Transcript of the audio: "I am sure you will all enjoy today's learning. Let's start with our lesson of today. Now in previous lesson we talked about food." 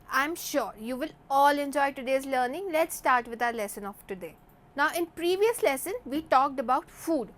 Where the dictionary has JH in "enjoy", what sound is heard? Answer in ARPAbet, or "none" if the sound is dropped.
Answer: JH